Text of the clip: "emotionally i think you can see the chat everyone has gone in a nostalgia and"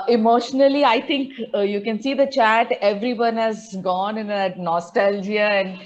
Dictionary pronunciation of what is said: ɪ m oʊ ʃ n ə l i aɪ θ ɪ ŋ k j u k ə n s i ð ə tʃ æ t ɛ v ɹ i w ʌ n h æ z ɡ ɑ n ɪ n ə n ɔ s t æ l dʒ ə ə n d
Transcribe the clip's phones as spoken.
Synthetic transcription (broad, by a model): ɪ m oʊ ʃ n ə l i aɪ t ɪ ŋ k j u k ə n s i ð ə tʃ æ t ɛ v ɹ i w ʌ n h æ z ɡ ɑ n ɪ n ə n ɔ s t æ l dʒ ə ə n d